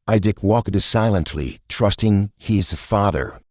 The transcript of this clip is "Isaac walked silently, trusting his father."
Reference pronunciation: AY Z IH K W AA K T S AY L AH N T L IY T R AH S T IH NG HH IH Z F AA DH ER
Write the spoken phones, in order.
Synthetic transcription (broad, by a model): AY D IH K W AA K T S AY L AH N T L IY T R AH S T IH NG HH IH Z F AA DH ER